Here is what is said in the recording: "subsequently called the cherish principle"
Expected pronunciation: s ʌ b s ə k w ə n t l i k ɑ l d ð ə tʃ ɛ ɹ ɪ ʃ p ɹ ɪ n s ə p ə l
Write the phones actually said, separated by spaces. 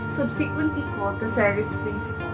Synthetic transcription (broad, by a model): s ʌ b s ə k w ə n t l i k ɑ l d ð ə s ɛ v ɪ s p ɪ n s